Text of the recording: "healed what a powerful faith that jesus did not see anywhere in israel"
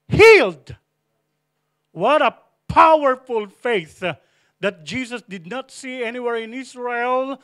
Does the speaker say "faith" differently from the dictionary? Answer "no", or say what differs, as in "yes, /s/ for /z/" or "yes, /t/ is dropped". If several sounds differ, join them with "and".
no